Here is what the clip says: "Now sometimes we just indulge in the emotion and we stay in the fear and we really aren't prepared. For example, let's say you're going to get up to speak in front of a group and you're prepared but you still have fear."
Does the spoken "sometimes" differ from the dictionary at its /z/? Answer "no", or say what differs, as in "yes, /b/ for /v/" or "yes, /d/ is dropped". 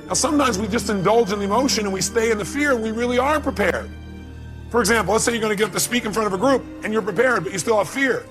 no